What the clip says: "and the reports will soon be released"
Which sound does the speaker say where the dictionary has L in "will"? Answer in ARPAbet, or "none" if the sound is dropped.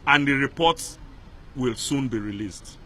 L